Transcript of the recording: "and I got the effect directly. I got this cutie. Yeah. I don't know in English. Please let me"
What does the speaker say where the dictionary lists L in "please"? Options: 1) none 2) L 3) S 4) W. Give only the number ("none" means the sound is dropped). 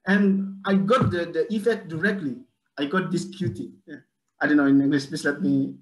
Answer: 1